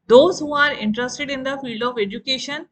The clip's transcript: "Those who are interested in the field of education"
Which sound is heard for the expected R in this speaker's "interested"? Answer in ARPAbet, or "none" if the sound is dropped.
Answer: R